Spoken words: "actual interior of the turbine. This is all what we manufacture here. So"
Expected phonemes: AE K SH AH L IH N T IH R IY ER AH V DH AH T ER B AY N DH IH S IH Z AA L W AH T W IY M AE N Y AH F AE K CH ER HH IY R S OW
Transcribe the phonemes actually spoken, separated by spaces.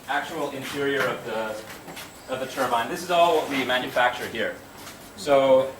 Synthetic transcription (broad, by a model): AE K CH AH L IH N T IH R IY ER AH V DH AH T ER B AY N DH IH S IH Z AA L W AH T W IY M AE N Y AH F AE K CH ER HH IY R S OW